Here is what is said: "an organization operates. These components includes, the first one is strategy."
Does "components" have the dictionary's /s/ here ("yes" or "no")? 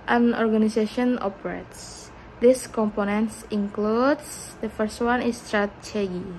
yes